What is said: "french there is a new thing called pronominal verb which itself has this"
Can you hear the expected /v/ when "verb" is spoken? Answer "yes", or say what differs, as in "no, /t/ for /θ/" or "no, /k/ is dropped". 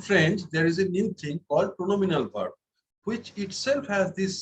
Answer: no, /p/ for /v/